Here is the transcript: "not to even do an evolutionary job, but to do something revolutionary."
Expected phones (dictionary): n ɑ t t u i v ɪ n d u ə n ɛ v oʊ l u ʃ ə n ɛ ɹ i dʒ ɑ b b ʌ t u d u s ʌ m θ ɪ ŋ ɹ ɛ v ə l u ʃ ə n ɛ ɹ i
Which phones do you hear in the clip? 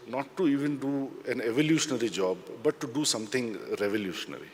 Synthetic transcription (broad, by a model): n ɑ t t u i v ɪ n d u ə n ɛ v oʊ l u ʃ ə n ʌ ɹ i dʒ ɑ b b ʌ t u d u s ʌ m t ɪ ŋ ɹ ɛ v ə l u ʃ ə n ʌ ɹ i